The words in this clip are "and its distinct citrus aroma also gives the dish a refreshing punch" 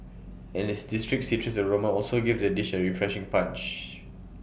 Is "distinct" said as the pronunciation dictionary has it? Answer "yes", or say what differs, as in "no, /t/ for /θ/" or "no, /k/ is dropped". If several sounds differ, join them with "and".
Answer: no, /ŋ/ is dropped